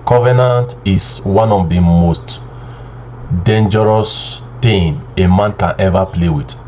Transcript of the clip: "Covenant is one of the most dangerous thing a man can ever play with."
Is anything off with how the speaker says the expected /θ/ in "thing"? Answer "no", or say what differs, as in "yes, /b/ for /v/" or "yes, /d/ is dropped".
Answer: yes, /t/ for /θ/